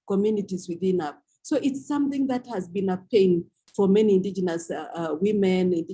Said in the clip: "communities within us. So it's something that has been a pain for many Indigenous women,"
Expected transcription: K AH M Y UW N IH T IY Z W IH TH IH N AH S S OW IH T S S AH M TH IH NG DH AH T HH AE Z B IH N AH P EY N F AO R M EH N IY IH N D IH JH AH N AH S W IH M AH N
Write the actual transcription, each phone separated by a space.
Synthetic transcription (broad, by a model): K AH M Y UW N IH T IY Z W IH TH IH N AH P S OW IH T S S AH M TH IH NG DH AH T HH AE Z B IH N AH P EY N F AO R M EH N IY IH N D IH JH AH N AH S W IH M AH N